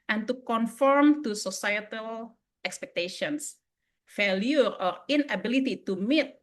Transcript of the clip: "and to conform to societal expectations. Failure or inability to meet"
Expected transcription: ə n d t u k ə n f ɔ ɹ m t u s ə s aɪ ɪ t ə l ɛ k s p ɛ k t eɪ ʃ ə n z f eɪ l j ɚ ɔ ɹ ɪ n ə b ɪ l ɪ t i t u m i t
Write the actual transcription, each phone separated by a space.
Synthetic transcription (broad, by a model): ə n t u k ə n f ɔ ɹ m t u s ə s aɪ ɪ t ə l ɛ k s p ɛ k t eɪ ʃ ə n s f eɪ l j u ɔ ɹ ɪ n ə b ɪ l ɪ t i t u m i t